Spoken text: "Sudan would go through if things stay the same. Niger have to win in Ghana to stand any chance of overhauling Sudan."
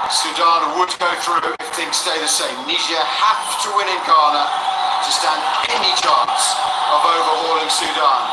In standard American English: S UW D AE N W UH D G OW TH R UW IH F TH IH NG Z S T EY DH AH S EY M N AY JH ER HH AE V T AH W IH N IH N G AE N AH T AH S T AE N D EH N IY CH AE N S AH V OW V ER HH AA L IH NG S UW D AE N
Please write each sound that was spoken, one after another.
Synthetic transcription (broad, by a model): S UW D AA N W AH D G OW TH R UW IH F TH IH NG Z S T EY DH AH S EY M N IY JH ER HH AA F T AH W IH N IH N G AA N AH T AH S T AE N D EH N IY CH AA N S AH V OW V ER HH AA L IH NG S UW D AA N